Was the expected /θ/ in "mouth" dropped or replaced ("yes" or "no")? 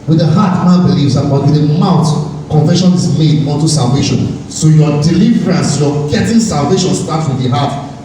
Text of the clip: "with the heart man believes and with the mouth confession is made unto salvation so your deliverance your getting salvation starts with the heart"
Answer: yes